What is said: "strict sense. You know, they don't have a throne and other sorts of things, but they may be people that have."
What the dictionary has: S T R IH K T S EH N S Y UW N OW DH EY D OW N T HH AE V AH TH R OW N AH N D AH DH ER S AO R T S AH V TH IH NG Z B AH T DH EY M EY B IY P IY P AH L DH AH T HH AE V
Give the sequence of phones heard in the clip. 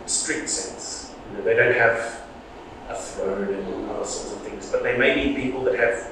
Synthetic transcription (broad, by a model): S T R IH K T S EH N S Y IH N OW DH EY D OW N T HH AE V AH TH R OW N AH N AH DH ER S AO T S AH V TH IH NG Z B AH T DH EY M EY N IY P IY P AH L DH AH T HH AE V